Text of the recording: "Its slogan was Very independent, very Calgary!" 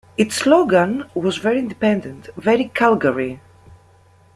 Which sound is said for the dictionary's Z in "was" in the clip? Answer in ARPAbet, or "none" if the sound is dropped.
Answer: Z